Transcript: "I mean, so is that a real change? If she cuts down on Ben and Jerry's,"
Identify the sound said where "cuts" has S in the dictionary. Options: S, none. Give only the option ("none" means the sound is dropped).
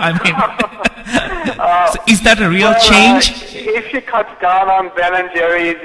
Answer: none